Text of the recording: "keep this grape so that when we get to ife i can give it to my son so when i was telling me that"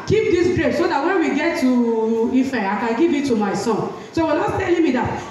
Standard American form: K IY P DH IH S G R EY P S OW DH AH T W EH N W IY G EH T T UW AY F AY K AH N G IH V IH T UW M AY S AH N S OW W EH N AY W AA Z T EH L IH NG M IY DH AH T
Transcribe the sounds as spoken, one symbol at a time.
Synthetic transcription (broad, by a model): K IY P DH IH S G R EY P S OW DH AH T W EH N W IY G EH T T UW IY F AY K AH N G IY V IH T UW M AY S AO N S OW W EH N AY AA S T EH L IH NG M IY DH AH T